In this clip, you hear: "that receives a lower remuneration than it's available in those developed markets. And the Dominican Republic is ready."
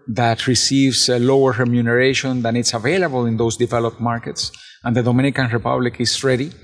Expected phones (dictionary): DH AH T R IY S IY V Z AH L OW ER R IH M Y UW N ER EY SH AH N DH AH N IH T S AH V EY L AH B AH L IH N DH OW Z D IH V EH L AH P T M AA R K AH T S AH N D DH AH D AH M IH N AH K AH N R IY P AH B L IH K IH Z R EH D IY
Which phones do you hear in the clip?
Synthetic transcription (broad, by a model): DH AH T R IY S IY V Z AH L OW ER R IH M Y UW N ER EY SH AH N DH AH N IH T S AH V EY L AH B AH L IH N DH OW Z D IH V EH L AH P T M AA R K AH T S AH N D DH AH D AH M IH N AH K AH N R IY P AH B L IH K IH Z R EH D IY